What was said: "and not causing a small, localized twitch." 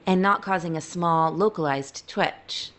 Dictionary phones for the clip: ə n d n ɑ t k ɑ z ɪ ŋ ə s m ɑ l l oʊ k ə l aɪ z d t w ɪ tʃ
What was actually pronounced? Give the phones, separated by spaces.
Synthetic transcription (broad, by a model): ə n n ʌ t k ɑ z ɪ ŋ ə s m ɑ l l oʊ k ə l aɪ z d t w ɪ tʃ